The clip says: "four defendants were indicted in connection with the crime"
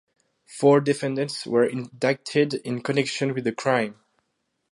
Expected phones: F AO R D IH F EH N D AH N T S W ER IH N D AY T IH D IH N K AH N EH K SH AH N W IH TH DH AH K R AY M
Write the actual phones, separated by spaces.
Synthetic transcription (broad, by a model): F AO R D IH F EH N D AH N T S W ER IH N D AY T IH D IH N K AH N EH K SH AH N W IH DH AH K R AY M